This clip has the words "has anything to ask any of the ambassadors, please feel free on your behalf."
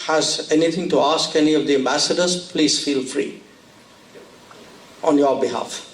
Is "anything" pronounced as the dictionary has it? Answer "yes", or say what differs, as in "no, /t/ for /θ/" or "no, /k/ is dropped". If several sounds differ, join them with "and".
no, /t/ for /θ/